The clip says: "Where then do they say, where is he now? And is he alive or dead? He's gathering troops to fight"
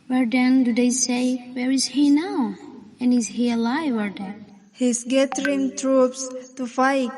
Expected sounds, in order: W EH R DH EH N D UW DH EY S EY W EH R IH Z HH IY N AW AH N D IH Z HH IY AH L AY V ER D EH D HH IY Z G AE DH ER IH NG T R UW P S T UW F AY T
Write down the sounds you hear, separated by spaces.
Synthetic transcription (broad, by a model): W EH R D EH N D UW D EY S EY W EH R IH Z HH IY N AW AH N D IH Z HH IY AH L AY W ER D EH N HH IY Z G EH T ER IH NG T R UW P S T UW F AY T